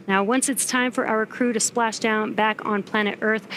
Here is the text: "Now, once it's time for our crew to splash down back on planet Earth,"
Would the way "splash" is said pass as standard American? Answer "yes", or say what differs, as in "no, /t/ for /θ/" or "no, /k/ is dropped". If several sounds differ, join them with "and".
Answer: yes